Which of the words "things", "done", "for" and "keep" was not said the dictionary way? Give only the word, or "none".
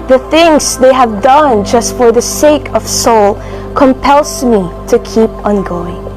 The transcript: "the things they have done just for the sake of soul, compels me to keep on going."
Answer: none